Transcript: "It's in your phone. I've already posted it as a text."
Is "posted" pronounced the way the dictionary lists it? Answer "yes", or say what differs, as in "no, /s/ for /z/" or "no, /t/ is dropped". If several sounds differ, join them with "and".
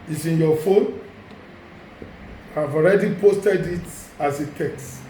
yes